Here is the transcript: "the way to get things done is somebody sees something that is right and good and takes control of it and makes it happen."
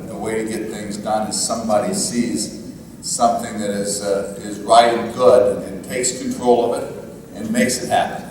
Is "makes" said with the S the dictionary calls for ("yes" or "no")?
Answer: yes